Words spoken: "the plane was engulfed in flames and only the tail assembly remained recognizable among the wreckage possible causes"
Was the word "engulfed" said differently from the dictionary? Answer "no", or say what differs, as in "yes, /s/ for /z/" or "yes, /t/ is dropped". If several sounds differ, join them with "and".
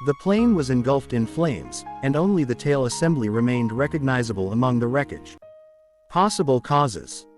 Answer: no